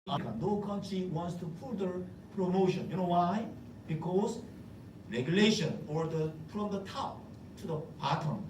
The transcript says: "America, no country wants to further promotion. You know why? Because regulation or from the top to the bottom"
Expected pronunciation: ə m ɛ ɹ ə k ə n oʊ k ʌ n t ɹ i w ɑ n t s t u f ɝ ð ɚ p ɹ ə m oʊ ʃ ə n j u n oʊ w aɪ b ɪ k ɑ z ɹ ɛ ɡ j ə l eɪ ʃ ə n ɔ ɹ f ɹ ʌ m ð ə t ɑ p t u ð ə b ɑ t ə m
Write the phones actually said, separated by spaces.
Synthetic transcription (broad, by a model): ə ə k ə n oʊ k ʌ n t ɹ i w ɑ n t s t u p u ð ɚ p ɹ ə m oʊ ʃ ə n j u n oʊ w aɪ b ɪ k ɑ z ɹ ɛ ɡ j ə l eɪ ʃ ə n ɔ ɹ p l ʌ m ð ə t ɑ t u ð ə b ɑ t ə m